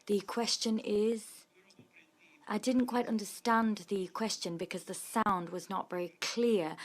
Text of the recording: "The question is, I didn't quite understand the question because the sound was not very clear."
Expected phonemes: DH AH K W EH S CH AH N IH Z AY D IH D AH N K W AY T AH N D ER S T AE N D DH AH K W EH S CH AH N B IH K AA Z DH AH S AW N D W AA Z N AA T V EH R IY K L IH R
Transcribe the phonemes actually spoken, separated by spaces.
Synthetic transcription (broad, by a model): DH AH K W EH S CH AH N IH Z AY D IH D N K W AY T AH N D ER S T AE N DH AH K W EH S CH AH N B IH K AA Z DH AH S AW N D W AA Z N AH T V EH R IY K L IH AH